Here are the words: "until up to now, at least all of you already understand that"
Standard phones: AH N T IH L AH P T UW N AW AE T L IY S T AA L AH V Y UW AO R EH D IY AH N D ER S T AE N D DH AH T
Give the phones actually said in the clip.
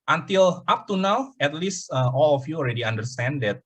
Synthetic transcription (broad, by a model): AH N T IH L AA P T UW N AW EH T L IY S T AA L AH F Y UW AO L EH D IY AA N D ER S T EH N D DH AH T